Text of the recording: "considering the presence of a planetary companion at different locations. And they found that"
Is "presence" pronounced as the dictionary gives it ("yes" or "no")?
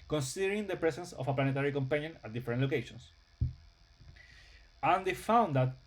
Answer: no